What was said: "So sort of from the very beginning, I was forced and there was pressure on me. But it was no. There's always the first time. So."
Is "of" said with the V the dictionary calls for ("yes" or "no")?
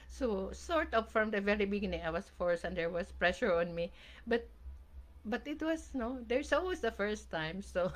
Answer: no